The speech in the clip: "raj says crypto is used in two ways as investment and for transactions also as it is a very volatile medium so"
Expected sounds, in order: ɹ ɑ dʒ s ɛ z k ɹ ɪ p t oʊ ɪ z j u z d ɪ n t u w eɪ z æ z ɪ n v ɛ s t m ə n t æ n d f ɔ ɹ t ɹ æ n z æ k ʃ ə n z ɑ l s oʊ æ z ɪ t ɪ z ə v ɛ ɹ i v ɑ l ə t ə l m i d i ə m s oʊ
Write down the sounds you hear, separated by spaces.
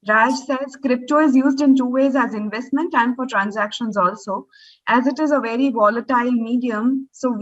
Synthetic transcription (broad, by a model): ɹ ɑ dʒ s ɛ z k ɹ ɪ p t oʊ ɪ z j u z d ɪ n t u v eɪ z æ z ɪ n v ɛ s t m ə n t æ n d f ɔ ɹ t ɹ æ n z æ k ʃ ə n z ɑ l s oʊ æ z ɪ t ɪ z ə v ɛ ɹ i v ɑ l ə t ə l m i d i ə m s oʊ